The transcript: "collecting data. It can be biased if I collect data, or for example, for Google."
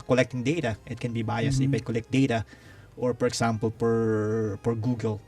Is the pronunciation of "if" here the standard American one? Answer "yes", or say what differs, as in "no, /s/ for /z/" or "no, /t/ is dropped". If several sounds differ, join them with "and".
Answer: no, /p/ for /f/